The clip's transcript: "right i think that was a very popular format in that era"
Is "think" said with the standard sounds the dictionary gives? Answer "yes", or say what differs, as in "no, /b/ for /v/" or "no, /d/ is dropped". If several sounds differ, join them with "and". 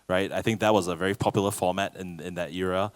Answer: yes